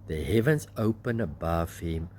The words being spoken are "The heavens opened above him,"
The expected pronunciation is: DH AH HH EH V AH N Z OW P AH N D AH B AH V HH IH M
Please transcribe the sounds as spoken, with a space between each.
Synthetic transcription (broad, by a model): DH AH HH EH V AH N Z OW P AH N AH B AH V HH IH M